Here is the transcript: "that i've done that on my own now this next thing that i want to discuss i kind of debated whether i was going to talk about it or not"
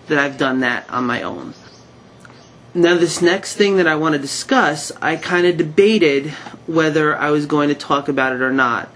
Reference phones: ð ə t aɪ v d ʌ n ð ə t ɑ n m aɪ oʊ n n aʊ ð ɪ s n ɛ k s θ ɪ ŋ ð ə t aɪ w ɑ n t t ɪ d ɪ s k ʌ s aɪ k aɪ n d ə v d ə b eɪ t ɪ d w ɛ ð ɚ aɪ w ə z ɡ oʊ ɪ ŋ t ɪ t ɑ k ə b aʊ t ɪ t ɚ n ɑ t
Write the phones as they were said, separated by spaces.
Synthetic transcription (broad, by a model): ð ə t aɪ v d ʌ n ð ə t n m aɪ oʊ n n aʊ ð ɪ s n ɛ k s θ ɪ ŋ ð ə t aɪ w ɑ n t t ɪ d ɪ s k ʌ s aɪ k aɪ n d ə d ə b eɪ t ɪ d w ɛ ð ɚ aɪ w ə z ɡ oʊ ɪ ŋ t ɪ t ɑ k ə b aʊ t ɪ t ɚ n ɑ t